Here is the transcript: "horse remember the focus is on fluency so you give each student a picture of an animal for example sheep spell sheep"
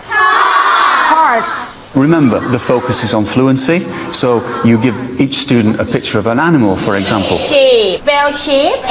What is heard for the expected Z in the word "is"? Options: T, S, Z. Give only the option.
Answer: Z